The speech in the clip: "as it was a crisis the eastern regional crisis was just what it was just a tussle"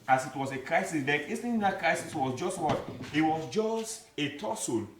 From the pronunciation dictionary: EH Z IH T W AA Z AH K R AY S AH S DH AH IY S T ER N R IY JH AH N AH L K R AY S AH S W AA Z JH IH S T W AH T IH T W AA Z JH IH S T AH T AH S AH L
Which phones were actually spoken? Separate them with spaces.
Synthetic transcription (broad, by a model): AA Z IH T W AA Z AH K R AY S AH S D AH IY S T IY AH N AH K R AY S AH S W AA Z JH IH S T W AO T IH T W AA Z JH IH S T AH T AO S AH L